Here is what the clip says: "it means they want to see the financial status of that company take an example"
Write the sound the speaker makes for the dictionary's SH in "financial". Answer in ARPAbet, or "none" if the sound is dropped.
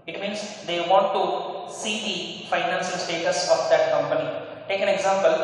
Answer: S